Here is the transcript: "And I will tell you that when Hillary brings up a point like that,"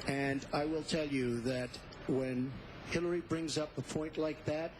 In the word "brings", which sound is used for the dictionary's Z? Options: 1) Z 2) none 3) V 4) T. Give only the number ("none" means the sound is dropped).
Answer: 1